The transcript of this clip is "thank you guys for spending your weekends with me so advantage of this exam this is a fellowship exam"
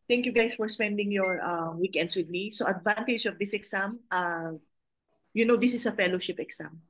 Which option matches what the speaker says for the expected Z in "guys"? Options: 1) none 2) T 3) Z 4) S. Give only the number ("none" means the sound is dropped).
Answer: 4